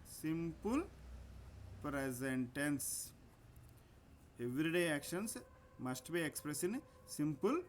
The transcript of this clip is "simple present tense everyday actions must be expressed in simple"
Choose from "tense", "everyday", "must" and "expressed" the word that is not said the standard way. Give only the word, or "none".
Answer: expressed